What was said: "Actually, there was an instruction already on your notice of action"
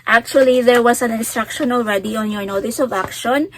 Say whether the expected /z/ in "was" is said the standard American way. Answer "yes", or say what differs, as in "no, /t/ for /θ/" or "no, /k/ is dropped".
no, /s/ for /z/